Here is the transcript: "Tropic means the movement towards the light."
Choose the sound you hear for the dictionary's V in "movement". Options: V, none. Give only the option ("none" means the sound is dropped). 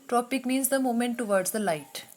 none